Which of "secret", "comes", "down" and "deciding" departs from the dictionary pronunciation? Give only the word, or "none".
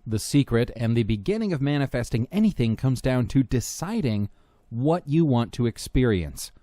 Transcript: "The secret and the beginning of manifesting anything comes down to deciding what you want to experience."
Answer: none